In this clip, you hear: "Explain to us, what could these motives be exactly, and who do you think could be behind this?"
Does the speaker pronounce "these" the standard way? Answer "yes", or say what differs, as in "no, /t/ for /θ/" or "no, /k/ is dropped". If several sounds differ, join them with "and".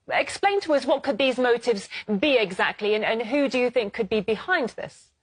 yes